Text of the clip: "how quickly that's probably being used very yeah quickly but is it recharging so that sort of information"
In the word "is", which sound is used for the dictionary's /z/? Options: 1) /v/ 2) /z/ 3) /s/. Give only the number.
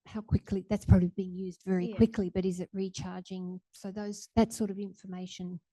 2